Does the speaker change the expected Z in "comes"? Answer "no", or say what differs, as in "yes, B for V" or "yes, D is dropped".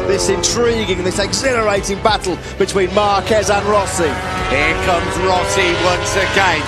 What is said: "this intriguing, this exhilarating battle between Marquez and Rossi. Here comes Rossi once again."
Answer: no